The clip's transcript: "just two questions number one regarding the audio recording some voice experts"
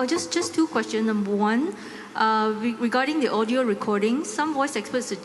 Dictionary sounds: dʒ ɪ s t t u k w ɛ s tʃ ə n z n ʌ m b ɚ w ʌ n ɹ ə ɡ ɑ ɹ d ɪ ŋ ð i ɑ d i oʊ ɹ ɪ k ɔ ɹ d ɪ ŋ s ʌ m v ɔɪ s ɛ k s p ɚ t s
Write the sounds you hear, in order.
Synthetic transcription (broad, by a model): dʒ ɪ s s t u k w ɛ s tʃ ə n n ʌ m b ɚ w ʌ n ɹ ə ɡ ɑ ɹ d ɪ ŋ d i ɑ d i oʊ ɹ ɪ k ɔ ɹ d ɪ ŋ s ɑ m v ɔɪ s ɛ k s p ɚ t s